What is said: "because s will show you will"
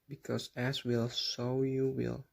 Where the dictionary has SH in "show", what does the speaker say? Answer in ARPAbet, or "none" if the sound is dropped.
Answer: S